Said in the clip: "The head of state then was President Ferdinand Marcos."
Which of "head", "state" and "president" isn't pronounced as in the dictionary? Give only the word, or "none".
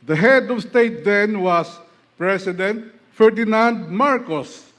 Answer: president